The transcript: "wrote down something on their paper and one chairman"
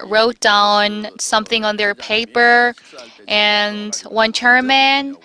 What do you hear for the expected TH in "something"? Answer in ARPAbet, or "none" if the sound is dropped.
TH